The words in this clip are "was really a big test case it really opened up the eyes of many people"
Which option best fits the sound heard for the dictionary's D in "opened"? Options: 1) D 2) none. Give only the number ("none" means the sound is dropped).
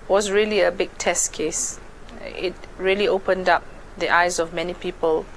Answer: 1